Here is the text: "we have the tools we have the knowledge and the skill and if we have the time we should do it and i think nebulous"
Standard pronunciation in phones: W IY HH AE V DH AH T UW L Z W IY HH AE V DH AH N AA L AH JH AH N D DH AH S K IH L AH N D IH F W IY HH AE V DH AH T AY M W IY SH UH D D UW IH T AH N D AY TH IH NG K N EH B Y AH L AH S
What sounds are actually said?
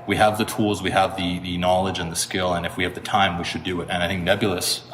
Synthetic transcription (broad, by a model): W IY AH V DH AH T UW L Z W IY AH V DH AH N AA L AH JH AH N DH AH S K IH L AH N IH F W IY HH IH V DH AH T AY M W IY SH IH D D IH IH T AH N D AY TH IH NG K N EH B Y L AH S